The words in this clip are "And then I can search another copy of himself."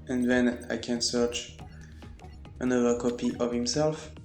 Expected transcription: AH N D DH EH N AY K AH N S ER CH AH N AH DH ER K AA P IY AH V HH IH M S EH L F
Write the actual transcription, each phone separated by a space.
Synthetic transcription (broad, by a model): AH N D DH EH N AY K AH N S ER CH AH N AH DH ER K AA P IY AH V HH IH M S EH L F